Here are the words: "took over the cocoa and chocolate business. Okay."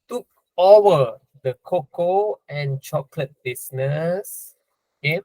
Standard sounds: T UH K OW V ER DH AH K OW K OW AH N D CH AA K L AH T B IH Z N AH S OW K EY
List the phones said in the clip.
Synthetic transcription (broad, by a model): T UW K OW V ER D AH K OW K OW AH N CH AA K L AH T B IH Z N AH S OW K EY